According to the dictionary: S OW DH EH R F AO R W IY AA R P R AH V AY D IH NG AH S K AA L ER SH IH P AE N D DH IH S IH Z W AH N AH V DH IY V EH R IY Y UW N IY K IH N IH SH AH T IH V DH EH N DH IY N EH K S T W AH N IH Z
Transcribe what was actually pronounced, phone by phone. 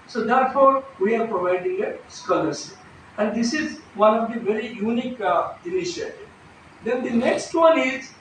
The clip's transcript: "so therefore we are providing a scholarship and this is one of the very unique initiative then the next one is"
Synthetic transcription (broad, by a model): S OW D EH R F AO R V IY AA R P R AH V AY D IH NG AH S K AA L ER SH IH AE N D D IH S IH Z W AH N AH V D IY V EH R IY Y UW N IY K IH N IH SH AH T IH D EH N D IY N EH K S T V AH N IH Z